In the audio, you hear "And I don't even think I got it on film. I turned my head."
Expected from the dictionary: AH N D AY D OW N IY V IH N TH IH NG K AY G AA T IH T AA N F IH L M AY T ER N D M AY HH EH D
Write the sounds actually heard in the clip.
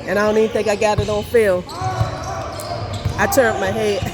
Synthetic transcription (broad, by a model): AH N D AY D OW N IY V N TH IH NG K AY G AA T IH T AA L F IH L AY T ER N M AY HH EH